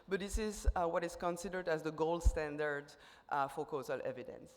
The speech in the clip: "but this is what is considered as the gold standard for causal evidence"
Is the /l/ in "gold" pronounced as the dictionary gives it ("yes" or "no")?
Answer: yes